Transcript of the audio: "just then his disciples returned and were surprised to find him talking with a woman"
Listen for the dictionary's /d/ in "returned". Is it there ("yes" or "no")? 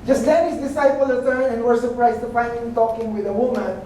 no